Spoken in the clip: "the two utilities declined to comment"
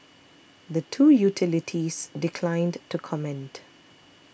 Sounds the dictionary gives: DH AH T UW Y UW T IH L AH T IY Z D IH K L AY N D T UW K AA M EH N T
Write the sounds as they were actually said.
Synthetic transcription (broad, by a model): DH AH T UW Y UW T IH L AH T IY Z D IH K L AY N D T UW K AA M EH N T